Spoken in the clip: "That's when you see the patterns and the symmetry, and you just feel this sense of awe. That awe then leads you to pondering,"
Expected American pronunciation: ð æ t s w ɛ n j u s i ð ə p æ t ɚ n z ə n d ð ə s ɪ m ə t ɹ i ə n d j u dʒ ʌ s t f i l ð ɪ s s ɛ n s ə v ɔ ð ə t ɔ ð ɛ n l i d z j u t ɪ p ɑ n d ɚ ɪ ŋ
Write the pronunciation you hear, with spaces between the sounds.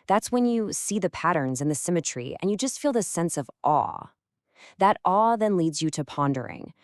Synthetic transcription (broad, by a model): ð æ t s w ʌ n j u s i ð ə p æ t ɚ n z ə n ð ə s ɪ m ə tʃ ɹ i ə n j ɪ dʒ ʌ s t f i l ð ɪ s s ɛ n s ə v ɔ ð ə t ɔ ð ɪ n l i d z j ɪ t ɪ p ɑ n d ɚ ɪ ŋ